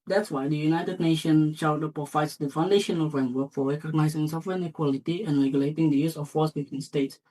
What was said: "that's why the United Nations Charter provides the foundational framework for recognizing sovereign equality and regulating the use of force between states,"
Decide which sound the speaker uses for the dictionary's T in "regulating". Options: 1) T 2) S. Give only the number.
1